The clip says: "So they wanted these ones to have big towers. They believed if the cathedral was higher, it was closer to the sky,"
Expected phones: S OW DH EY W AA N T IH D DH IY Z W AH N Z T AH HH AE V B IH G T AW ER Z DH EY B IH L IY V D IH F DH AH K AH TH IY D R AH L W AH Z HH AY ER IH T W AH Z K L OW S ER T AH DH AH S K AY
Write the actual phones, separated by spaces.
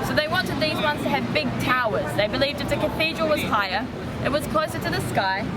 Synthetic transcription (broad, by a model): S OW DH EY W AA N T IH D DH IY Z W AH N Z T AH V B IH G T AW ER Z DH EY B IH L IY V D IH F DH AH K AH TH IY D R AH L W AH Z HH AY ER IH T W AH Z K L OW S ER T AH DH AH S K AY